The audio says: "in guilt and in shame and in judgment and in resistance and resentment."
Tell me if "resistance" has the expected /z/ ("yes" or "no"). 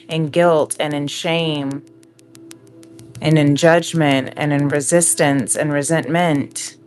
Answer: yes